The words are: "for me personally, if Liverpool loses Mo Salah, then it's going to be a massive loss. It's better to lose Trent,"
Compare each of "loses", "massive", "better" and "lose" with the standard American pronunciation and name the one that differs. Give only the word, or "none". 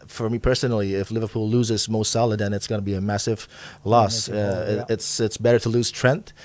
none